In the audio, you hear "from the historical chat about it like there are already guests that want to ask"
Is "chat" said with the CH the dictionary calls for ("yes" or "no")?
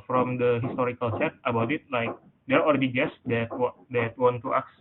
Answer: no